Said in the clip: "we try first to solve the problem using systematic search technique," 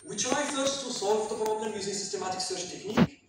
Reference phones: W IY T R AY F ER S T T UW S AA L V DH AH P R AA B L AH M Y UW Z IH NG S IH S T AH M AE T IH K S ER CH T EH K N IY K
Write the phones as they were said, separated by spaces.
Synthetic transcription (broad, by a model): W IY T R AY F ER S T T UW S AA L V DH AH P R AA B L AH M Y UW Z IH S IH S T AH M AE T IH K S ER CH T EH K N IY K